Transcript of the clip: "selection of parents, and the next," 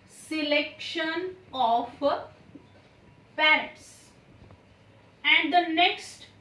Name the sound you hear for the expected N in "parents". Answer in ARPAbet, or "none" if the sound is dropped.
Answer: none